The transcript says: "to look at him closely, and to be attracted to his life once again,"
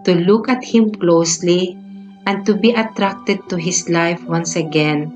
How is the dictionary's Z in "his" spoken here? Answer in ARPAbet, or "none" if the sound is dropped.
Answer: S